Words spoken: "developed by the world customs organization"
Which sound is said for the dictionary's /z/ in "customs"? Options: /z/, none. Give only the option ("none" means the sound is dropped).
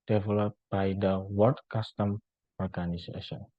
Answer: none